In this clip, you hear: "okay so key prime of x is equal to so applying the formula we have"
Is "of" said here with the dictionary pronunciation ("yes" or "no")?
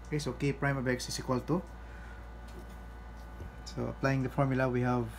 no